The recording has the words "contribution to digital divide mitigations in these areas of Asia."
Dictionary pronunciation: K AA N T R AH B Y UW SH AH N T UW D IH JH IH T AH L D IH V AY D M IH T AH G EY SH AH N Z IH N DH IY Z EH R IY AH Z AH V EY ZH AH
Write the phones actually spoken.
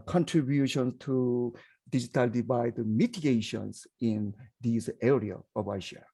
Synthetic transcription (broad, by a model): K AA N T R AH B Y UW SH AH N T UW D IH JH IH T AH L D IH B AY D M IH T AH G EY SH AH N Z IH N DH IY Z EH R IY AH AH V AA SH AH